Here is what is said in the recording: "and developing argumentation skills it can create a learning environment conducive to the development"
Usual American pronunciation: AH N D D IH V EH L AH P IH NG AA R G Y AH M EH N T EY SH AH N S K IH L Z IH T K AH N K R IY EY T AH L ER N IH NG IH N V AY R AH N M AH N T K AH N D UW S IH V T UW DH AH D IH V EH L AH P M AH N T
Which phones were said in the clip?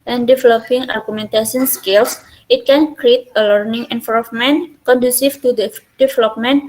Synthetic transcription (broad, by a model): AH N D D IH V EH L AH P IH NG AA R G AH M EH N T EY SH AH N S K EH L S IH T K AH N K R IY EY T AH L ER N IH NG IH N F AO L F M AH N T K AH N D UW S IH F T UW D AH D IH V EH L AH P M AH N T